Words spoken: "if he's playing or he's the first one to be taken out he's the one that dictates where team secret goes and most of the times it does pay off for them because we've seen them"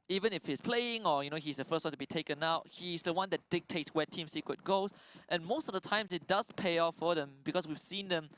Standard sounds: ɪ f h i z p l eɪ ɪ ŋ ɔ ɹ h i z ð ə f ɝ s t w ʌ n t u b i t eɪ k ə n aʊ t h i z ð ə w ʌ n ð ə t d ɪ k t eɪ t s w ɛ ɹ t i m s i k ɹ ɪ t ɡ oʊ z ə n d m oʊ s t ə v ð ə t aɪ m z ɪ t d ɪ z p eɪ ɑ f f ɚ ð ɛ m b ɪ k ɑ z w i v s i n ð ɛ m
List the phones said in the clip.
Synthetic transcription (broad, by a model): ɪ f h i s p l eɪ ɪ ŋ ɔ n h i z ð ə f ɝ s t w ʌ n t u b i t eɪ k ə n aʊ t h i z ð ə w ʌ n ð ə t d ɪ k t eɪ t s w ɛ t i m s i k w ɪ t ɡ oʊ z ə n m oʊ s t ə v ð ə t aɪ m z ɪ t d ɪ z p eɪ ɑ f f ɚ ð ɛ m b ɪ k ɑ s w i v s i n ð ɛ m